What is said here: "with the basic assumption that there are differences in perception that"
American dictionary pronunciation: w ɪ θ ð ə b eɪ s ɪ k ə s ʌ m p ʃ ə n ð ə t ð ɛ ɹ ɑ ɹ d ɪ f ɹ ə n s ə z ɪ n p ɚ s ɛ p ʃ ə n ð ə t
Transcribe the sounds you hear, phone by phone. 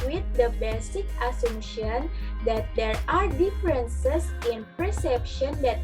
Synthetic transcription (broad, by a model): w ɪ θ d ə b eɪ s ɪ k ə s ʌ m ʃ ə n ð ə t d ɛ ɹ ɑ ɹ d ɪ f ɹ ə n s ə s ɪ n p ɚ s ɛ p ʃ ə n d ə t